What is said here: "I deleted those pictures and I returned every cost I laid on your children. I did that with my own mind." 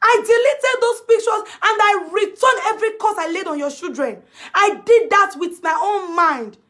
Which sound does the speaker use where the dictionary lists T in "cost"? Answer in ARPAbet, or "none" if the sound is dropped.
none